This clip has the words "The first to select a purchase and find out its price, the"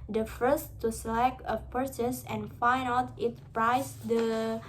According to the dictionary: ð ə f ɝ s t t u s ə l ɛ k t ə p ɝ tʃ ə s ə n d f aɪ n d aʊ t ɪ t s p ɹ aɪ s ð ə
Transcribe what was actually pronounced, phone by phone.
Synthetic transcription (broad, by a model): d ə f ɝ s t t u s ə l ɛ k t ə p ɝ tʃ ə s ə n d f aɪ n aʊ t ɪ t p ɹ aɪ s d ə